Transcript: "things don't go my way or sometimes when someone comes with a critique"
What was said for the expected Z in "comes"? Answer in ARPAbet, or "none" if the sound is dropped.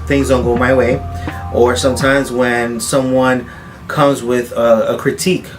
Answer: Z